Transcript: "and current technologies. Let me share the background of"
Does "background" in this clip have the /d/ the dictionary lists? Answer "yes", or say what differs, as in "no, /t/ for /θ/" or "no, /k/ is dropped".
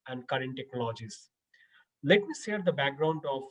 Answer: yes